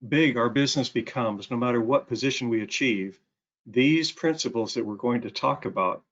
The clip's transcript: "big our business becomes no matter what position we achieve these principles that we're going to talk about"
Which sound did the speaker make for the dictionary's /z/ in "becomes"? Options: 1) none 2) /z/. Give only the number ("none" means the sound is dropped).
2